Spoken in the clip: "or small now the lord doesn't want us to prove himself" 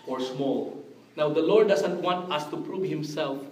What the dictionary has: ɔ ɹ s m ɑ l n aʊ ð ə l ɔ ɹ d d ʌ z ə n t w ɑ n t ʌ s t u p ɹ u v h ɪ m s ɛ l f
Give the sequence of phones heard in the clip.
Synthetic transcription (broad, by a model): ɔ ɹ s m ɑ l n aʊ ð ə l ɔ ɹ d d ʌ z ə n t w ɑ n t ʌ s t u p ɹ u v h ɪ m s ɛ l f